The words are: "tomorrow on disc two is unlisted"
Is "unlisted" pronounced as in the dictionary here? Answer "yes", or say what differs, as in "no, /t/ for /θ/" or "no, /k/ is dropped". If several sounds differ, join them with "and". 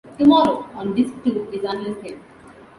no, /d/ is dropped